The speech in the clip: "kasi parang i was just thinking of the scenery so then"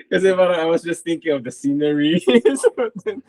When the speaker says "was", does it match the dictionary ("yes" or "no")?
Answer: yes